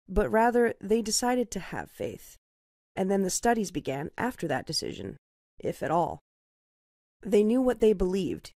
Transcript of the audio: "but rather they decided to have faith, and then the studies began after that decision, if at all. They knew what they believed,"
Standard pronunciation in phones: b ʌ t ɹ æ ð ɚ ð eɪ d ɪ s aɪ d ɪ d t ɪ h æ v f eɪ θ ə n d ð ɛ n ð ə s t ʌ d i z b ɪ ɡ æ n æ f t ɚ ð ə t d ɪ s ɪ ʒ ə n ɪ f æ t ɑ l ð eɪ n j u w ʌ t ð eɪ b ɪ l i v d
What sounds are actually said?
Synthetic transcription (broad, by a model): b ʌ t ɹ æ ð ɚ ð eɪ d ɪ s aɪ d ɪ d t ɪ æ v f eɪ θ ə n ð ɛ n ð ə s t ʌ d i z b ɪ ɡ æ n æ f t ɚ ð ə t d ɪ s ɪ ʒ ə n ɪ f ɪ t ɑ l ð eɪ n j u w ʌ t ð eɪ b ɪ l i v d